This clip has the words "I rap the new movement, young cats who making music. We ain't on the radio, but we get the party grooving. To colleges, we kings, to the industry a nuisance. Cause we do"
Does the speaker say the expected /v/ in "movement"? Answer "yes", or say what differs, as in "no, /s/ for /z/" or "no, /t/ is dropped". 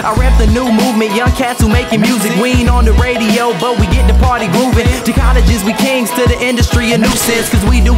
yes